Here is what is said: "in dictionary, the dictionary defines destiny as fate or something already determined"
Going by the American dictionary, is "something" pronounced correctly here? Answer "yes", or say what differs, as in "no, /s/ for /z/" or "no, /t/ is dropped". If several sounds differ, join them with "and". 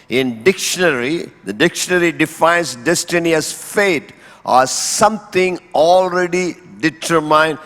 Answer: no, /t/ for /θ/